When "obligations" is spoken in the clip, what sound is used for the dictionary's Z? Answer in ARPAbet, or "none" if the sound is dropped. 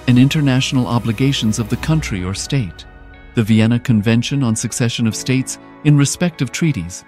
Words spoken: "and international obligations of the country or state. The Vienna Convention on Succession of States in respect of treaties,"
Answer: Z